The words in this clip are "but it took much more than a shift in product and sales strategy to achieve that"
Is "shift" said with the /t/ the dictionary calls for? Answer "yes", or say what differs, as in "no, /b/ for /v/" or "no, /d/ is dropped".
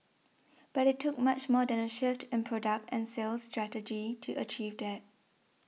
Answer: yes